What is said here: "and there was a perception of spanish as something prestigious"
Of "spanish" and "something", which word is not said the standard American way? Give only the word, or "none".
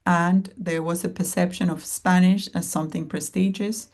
none